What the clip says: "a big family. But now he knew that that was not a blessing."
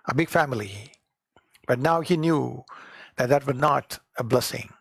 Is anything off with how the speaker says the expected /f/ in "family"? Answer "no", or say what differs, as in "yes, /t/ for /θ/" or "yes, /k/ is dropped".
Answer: no